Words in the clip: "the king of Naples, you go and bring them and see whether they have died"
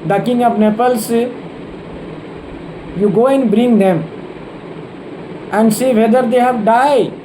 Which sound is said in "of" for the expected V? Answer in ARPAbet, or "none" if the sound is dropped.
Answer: P